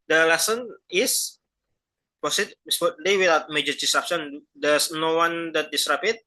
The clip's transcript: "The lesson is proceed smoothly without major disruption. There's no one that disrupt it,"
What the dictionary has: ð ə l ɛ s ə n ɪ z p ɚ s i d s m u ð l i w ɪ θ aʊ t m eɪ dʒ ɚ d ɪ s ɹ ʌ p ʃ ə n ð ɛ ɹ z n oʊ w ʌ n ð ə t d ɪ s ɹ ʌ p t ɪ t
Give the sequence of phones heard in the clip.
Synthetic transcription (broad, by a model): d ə l ɛ s ə n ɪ s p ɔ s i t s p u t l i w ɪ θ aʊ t m eɪ dʒ ɚ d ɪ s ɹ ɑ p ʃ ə n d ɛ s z n oʊ w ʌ n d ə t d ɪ s ɹ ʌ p ɪ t